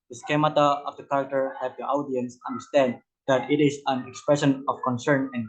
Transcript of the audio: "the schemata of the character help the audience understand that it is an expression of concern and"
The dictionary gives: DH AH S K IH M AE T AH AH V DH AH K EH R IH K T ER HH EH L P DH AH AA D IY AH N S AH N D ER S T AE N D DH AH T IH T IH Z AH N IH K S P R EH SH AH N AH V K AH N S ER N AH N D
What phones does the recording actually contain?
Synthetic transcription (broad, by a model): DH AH S K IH M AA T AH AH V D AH K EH R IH K T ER HH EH P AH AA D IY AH N S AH N D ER S T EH N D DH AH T IH T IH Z AH N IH K S P R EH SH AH N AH F K AH N S ER N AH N